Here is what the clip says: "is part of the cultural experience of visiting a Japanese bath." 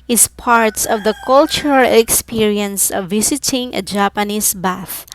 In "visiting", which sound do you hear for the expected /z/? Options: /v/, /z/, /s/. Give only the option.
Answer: /s/